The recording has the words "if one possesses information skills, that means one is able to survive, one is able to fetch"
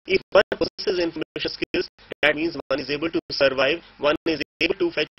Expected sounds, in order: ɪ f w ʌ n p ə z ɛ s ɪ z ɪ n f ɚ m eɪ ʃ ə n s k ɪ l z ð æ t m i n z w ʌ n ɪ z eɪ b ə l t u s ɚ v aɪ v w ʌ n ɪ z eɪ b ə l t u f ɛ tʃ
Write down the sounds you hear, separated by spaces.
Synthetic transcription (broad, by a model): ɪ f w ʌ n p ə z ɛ s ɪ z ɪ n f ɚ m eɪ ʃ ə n s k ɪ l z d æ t m i n z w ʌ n ɪ z eɪ b ə l t u s ɚ v aɪ v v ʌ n ɪ z eɪ b ə l t u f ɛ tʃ